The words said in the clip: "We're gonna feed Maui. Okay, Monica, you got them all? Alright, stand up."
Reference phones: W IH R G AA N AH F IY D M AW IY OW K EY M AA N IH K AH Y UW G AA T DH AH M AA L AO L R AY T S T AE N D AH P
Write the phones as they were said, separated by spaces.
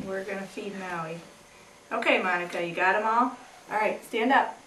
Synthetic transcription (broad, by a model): W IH R G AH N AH F IY D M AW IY OW K EY M AA N IH K AH Y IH G AA T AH M AA L AO L R AY T S T AE N D AH P